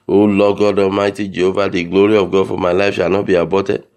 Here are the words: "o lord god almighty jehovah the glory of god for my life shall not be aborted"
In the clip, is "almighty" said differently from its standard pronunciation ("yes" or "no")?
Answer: yes